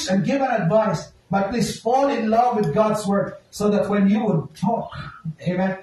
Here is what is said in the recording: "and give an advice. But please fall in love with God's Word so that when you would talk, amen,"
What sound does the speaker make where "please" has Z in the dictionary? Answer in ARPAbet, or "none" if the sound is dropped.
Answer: S